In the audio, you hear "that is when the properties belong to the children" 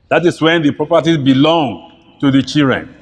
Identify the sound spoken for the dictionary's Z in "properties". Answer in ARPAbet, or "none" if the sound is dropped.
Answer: none